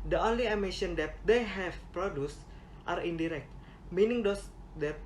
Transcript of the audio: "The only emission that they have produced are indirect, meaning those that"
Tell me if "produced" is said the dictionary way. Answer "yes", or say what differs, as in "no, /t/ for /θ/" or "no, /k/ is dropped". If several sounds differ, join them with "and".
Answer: yes